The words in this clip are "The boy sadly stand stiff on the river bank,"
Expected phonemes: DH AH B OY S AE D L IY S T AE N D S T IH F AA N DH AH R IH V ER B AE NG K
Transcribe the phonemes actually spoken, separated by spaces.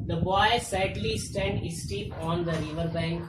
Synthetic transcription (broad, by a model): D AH B OY S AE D L IY S T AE N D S T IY P AA N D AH R IH V ER B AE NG K